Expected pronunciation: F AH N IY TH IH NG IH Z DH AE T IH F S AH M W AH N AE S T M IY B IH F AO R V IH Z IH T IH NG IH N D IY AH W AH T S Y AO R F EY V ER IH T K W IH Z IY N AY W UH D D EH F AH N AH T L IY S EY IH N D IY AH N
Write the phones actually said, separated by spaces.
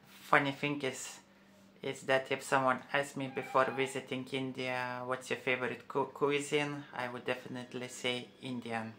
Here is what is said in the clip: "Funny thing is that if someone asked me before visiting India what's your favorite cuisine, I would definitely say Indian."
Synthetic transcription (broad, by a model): F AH N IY F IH NG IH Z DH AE T IH F S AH M W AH N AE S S M IY B IH F AO R V IH Z IH T IH NG IH N D IY AH W AH T S Y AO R F EY V ER IH T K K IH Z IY N AY W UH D D EH F AH N AH T L IY S EY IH N D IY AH N